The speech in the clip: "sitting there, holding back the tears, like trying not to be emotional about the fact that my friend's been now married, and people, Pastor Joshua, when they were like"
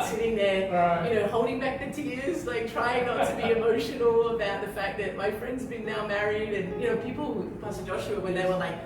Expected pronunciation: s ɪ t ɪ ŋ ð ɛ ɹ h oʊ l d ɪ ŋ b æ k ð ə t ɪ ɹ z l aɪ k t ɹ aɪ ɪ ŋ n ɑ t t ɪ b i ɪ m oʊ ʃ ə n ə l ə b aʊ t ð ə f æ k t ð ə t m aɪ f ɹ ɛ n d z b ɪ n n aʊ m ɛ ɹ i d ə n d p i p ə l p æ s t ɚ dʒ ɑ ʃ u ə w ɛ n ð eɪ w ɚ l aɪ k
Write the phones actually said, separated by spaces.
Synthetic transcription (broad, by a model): s ɪ t ɪ ŋ ð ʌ ɹ h oʊ l d ɪ ŋ b æ k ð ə t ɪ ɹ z l aɪ k t ɹ aɪ ɪ ŋ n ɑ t t ɪ b i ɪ m oʊ ʃ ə n l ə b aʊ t ð ə f æ k ð ə t m aɪ f ɹ ɛ n d z b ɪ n n aʊ m ɛ ɹ i d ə n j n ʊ p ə l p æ s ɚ dʒ ɑ ʃ u ə w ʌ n ð eɪ w ɚ l aɪ k